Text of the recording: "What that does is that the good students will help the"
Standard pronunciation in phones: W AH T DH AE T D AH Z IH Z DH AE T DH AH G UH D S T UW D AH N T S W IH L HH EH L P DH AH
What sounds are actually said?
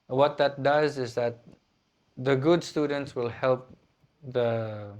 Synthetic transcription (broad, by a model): W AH T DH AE T D AH Z IH Z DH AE T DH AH G UH D S T UW D AH N T S W IH L HH EH L P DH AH